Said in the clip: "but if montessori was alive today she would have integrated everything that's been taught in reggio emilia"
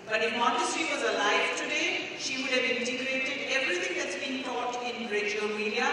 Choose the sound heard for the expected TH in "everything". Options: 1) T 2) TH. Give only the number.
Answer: 1